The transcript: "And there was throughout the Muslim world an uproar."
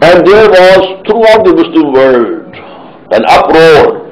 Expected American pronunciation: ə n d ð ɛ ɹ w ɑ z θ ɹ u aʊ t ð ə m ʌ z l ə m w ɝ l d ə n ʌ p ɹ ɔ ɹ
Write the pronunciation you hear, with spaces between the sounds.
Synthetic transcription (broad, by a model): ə n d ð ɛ ɹ w ɑ z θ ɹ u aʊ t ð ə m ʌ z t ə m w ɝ d ə n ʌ p ɹ ɔ ɹ